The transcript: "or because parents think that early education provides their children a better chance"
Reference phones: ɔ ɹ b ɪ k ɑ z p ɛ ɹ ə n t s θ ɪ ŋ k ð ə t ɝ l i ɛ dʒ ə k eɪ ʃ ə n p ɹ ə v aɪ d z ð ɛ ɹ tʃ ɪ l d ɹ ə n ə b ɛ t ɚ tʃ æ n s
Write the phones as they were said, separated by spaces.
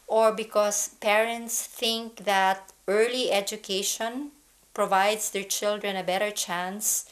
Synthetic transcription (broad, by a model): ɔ ɹ b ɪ k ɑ s p ɛ ɹ ə n t s θ ɪ ŋ k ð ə t ɝ l i ɛ dʒ ə k eɪ ʃ ə n p ɹ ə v aɪ d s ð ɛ ɹ tʃ ɪ l d ɹ ə n ə b ɛ t ɚ tʃ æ n s